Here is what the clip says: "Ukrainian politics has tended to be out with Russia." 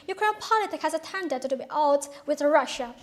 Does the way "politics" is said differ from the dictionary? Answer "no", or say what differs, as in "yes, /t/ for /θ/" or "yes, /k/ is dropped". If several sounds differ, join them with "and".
yes, /s/ is dropped